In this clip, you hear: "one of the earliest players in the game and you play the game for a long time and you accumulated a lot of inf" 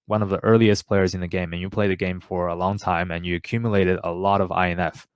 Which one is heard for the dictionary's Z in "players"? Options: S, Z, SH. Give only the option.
Z